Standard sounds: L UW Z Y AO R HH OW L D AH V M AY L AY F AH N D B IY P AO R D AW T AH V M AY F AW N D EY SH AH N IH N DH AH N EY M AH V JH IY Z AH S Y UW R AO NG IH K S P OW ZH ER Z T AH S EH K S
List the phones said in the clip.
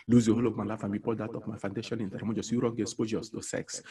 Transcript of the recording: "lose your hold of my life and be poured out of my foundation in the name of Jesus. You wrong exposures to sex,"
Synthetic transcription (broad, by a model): L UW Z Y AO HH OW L AH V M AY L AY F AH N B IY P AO L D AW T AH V M AY F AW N D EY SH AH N IH N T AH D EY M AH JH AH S Y UW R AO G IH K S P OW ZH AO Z T AH S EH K S